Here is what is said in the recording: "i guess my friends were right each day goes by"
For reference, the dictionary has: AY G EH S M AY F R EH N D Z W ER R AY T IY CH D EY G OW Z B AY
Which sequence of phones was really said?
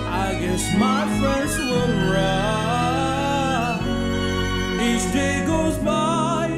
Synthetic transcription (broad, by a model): AY G EH S M AY F R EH N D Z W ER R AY IY CH D EY G OW Z B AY